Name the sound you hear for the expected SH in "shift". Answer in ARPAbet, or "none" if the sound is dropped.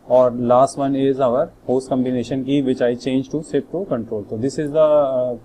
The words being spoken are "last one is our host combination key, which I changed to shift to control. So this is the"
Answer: S